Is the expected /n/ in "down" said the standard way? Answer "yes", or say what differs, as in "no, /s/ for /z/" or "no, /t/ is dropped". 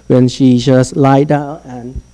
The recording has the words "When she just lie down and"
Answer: no, /n/ is dropped